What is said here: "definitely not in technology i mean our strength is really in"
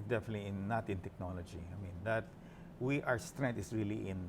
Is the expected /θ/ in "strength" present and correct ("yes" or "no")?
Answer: no